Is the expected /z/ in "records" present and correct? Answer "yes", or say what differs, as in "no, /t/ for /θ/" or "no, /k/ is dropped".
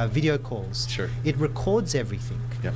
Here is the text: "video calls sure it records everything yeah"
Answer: yes